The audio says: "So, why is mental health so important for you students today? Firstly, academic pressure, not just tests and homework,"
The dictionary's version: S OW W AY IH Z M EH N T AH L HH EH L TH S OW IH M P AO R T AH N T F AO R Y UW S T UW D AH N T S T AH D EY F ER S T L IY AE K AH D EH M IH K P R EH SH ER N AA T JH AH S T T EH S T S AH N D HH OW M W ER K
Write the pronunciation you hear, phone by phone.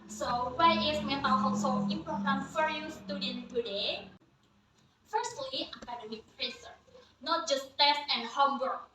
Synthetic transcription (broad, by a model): S OW W AY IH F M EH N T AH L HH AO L S OW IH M P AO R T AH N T F AO R Y UW S T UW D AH N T T AH D EY F ER S T L IY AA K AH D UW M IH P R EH S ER N AA T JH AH S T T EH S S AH N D HH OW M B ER